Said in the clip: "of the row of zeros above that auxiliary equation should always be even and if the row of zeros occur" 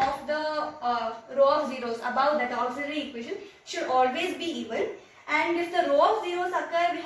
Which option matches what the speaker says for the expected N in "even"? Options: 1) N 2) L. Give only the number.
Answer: 2